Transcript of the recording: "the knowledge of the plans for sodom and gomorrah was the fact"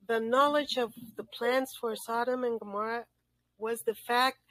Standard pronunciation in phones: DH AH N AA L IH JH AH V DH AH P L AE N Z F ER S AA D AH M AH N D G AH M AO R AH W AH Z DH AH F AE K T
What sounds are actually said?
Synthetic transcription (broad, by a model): DH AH N AA L IH JH AH V DH AH P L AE N S F ER S AA D AH M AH N G AH M AO R AH W AH Z DH AH F AE K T